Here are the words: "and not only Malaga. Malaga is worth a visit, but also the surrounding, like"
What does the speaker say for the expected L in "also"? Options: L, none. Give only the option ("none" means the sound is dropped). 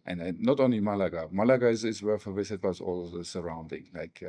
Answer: none